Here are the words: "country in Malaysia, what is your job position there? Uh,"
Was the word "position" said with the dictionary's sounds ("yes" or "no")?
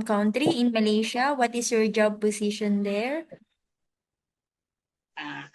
no